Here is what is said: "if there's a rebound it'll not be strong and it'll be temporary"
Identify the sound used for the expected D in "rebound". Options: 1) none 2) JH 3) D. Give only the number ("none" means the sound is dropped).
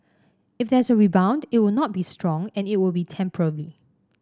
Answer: 3